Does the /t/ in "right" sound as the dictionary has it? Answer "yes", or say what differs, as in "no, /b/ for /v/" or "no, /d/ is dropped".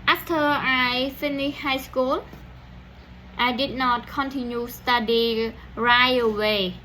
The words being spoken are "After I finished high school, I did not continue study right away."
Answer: no, /t/ is dropped